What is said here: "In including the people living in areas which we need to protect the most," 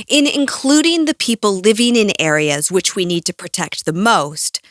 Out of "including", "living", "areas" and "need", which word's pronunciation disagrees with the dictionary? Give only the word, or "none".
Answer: none